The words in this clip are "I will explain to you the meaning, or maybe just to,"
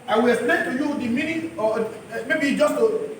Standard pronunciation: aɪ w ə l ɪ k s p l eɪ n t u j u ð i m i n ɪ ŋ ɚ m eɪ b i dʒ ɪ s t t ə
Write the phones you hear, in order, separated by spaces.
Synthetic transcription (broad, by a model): aɪ w ə l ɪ s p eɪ t u j u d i m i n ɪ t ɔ m eɪ b i dʒ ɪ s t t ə